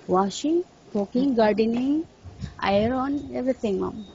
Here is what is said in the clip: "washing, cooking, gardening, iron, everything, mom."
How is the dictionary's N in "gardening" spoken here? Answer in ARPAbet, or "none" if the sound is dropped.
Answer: N